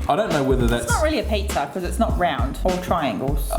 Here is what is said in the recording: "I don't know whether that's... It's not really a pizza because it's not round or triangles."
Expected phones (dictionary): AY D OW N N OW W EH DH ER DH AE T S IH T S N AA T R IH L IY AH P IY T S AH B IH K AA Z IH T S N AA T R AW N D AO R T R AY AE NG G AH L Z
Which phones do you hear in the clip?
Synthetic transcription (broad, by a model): AY D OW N N OW W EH DH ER DH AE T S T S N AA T R IH L IY AH P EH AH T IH K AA Z IH T S N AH T R AW N D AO L T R AY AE NG G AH L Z